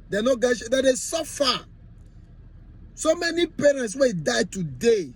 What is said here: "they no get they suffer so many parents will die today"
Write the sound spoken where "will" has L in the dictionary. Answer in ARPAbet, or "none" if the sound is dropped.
N